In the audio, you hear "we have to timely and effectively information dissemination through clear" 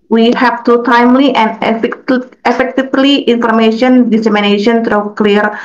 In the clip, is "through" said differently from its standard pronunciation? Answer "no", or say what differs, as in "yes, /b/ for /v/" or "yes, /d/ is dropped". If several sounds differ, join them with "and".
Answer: yes, /t/ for /θ/